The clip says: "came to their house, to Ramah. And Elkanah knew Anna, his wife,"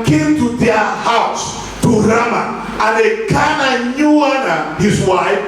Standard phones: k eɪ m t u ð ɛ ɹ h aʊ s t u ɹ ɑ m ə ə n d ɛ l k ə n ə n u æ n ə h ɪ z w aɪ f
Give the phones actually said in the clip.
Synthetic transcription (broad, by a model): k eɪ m t u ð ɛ h aʊ s t u ɹ ɑ m ə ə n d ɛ k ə n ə n u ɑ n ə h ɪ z w aɪ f